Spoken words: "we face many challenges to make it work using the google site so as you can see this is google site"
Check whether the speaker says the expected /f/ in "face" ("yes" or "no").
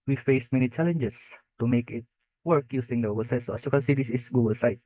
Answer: yes